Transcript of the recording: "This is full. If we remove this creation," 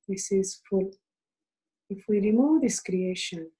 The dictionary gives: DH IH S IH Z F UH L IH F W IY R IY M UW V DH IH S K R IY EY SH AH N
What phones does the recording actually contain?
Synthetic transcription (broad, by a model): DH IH S IH Z F UH L IH F W IY R IY M UW V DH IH S K R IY EY SH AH N